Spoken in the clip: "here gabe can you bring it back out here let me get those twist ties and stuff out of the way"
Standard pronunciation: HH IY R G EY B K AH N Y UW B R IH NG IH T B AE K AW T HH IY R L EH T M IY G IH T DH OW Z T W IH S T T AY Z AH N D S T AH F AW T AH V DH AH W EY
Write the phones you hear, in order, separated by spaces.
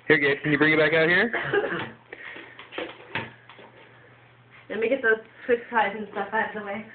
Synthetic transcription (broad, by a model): HH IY R G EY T K AH N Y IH B R IH NG IH T B AE K AW T HH IY R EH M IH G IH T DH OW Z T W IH T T AY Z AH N S T AH F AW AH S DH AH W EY